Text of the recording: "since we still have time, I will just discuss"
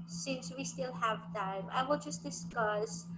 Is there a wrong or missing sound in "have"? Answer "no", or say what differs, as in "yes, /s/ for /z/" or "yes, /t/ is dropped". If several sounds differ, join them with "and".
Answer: no